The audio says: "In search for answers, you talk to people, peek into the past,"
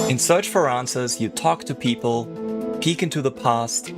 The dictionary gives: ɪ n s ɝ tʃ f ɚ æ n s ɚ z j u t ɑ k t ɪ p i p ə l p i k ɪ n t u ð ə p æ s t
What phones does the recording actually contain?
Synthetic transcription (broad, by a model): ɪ n s ɝ tʃ f ɚ æ n s ɚ z j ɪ t ɑ k t ɪ p i p ə l p i k ɪ n t u ð ə p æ s t